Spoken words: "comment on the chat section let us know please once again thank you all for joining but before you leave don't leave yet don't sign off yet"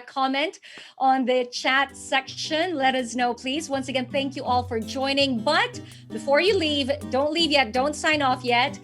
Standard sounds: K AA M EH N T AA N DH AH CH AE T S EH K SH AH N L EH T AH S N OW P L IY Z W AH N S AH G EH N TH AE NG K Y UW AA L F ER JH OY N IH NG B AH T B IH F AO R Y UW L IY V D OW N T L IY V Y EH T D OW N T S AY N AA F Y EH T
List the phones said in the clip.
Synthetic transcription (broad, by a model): K AA M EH N T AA N DH AH CH AE T S EH K SH AH N L EH T AH S N OW P L IY Z W AH N S AH G EH N TH AE NG K Y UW AA L F ER JH OY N IH NG B AH T B IH F AO R Y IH L IY V D OW N T L IY V Y EH T D OW N T S AY N AA F Y EH T